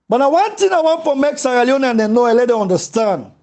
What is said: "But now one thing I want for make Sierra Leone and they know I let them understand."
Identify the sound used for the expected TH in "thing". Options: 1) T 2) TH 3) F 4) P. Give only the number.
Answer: 1